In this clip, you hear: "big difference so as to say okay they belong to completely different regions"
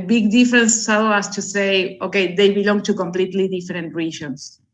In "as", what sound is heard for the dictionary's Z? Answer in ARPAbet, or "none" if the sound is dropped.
S